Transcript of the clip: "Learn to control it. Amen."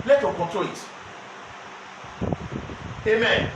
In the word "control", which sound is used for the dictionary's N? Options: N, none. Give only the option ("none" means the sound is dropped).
none